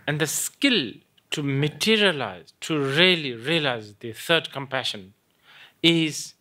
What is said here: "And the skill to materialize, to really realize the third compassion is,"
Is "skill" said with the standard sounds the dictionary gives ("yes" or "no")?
yes